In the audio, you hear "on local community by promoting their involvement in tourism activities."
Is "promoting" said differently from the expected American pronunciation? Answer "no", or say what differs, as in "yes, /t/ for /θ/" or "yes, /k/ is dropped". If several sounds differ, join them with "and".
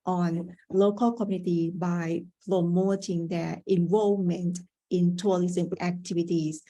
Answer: yes, /l/ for /ɹ/